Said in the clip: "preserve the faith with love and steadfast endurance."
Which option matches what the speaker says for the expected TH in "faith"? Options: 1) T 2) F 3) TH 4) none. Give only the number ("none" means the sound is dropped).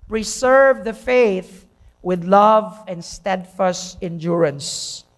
3